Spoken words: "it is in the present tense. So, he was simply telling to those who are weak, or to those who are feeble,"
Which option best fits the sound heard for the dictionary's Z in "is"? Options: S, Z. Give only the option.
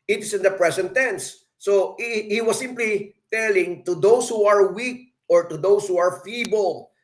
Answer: S